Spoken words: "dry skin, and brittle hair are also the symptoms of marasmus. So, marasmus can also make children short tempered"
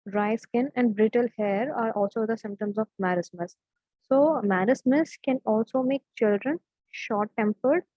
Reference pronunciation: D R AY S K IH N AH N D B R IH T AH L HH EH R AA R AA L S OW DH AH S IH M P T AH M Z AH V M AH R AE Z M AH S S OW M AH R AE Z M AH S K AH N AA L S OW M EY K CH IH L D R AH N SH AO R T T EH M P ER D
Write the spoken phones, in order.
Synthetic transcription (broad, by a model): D R AY S K IH N AH N D B R IH T AH L HH EH R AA R AA L S OW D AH S IH M P T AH M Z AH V M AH R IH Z M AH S S OW M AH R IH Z M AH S K AH N AA L S OW M EY K CH IH L D R AH N SH AO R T T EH M P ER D